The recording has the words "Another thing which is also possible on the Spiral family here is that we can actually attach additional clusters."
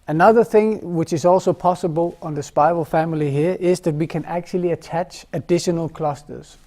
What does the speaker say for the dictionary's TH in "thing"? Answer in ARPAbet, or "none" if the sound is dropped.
TH